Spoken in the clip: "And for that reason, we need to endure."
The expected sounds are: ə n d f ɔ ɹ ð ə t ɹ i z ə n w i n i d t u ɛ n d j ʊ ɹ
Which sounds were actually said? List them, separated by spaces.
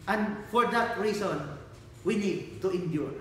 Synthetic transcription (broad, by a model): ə n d f ɔ ɹ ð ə t ɹ i s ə n w i n i d t u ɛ n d j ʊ ɹ